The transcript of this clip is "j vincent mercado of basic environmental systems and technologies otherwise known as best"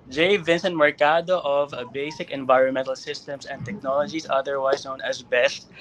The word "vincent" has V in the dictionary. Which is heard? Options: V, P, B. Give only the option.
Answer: V